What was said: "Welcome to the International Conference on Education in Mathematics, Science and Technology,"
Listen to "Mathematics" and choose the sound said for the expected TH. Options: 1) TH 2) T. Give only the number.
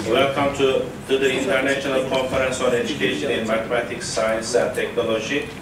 2